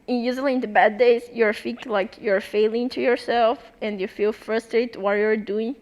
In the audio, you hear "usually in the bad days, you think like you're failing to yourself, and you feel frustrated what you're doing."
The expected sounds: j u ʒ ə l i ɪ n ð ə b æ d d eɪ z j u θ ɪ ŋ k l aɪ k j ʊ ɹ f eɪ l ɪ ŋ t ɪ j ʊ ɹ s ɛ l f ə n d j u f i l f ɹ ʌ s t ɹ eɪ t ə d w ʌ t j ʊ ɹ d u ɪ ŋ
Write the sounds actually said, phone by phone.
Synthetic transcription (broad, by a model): j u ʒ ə l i ɪ n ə b æ d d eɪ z j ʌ f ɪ k l aɪ k j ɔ ɹ f eɪ l ɪ ŋ t ɪ j ʊ ɹ s ɛ l f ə n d j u f i l f ɹ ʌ s t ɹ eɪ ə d w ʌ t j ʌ ɹ d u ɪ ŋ